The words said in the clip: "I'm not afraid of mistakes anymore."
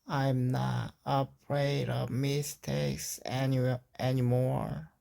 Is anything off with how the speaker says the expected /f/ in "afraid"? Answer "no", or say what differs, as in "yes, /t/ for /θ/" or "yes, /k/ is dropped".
yes, /p/ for /f/